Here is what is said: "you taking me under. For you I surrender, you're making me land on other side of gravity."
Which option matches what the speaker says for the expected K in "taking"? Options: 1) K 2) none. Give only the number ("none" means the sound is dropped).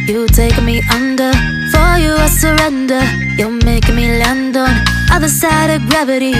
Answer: 2